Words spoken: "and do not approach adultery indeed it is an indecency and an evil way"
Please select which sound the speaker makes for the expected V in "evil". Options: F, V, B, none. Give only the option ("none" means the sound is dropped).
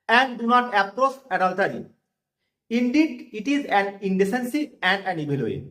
B